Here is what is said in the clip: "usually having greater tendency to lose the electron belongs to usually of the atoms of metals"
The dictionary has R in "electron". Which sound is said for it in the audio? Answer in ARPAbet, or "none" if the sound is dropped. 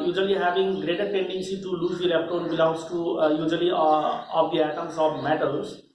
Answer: none